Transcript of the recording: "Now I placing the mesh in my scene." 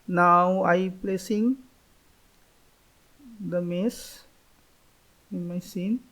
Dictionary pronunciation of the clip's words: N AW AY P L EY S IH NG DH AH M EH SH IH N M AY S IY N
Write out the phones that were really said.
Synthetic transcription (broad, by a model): N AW AY P L EY S IH NG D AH M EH S IH N M AY S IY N